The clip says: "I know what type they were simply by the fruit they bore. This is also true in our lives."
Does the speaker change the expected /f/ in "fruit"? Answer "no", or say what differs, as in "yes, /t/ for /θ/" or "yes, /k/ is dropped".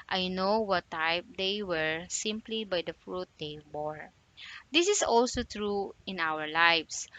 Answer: no